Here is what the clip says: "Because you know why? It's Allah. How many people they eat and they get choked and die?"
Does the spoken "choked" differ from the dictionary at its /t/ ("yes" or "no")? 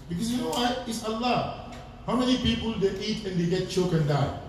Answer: yes